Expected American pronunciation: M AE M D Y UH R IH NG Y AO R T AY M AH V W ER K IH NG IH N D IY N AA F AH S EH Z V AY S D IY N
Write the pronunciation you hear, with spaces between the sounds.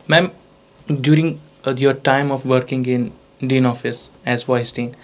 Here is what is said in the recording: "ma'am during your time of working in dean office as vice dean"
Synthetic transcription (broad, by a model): M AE M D Y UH R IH NG Y AO R T AY M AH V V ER K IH NG IH N D IY N AA F AH S EH Z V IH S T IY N